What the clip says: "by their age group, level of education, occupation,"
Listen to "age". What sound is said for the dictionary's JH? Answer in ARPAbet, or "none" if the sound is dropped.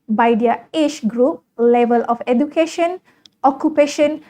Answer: CH